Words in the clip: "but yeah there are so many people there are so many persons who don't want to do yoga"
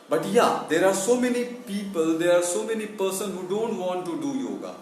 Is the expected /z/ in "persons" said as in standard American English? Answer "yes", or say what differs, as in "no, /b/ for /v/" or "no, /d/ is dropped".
no, /z/ is dropped